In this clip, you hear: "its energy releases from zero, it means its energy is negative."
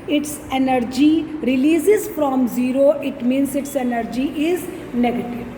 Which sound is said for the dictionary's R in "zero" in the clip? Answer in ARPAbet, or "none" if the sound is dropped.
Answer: R